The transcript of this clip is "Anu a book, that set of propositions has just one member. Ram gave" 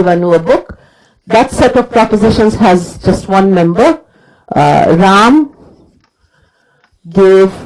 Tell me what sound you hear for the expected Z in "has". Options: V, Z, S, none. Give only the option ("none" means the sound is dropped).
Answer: Z